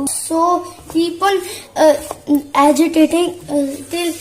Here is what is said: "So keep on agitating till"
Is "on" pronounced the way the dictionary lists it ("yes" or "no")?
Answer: no